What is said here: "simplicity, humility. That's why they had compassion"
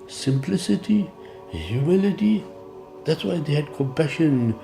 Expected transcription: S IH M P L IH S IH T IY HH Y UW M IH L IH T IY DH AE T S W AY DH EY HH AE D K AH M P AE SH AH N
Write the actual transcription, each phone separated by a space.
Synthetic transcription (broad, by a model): S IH M P L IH S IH T IY HH Y UW M IH L IH T IY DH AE T S W AY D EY HH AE D K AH M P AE SH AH N